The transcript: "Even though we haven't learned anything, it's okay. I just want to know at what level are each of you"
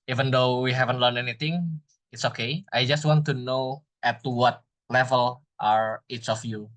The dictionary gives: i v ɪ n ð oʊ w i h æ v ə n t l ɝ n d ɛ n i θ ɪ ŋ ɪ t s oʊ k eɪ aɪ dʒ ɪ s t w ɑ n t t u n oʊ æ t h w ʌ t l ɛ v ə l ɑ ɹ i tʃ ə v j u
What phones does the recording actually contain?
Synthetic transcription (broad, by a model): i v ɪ n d oʊ w i h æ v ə n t l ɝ n ɛ n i t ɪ ŋ ɪ t s oʊ k eɪ aɪ dʒ ɪ s t w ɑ n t t u n oʊ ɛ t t w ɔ t l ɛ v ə l ɑ ɹ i s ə f j u